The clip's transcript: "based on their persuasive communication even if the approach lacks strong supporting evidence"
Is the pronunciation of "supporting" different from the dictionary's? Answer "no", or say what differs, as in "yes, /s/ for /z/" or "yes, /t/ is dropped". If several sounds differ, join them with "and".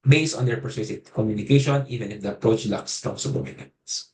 yes, /b/ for /p/